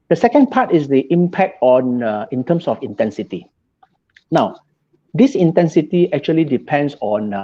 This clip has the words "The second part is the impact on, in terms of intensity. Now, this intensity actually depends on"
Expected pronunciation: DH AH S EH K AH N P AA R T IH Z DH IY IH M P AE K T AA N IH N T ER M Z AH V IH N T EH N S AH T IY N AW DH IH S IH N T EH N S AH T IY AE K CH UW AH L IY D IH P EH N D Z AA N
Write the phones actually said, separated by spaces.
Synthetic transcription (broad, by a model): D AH S EH K AH N P AA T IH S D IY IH M P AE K T AA N IH N T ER M S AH F IH N T EH N S AH T IY N AW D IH S IH N T EH N S AH T IY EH K CH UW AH L IY D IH P EH N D S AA N